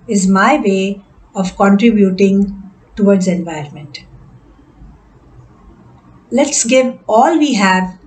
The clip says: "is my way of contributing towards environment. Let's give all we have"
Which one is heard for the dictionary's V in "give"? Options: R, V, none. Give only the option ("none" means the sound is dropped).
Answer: V